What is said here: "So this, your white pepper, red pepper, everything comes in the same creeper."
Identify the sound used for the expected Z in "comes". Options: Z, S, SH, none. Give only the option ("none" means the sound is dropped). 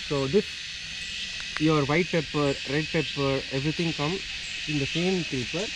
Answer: none